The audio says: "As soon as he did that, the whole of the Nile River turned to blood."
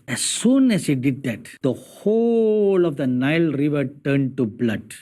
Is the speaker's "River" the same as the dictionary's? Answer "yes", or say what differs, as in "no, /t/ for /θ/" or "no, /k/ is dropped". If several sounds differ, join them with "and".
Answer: yes